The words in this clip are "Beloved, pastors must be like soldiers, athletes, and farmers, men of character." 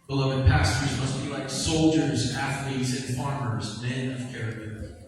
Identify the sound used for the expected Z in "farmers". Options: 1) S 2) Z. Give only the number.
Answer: 2